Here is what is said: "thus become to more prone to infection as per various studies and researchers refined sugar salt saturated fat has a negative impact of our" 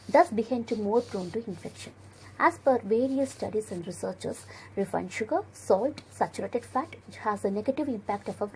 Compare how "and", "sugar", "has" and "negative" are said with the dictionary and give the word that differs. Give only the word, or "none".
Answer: none